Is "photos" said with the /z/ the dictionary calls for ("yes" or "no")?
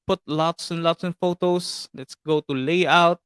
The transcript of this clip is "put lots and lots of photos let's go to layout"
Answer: no